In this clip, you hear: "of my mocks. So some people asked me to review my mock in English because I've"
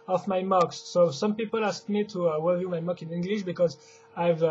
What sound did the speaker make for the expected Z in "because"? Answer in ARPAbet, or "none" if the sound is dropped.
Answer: Z